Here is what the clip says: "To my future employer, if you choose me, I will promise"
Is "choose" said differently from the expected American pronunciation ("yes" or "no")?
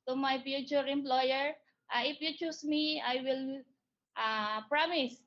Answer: yes